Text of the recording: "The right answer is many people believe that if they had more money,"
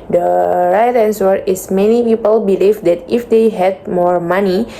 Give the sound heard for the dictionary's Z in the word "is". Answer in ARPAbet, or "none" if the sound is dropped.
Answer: S